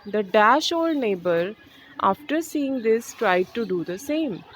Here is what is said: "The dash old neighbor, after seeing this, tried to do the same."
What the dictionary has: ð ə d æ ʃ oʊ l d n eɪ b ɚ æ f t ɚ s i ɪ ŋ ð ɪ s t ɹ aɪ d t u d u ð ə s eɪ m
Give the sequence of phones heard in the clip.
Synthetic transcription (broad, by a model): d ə d æ ʃ oʊ l d n eɪ b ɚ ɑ f t ɚ s i ɪ ŋ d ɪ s t ɹ aɪ d t u d u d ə s eɪ m